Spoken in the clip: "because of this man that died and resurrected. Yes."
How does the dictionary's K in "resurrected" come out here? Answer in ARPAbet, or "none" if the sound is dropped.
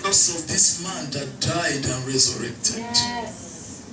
K